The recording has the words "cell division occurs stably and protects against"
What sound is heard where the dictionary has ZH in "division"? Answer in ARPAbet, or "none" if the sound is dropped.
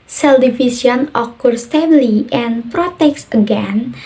S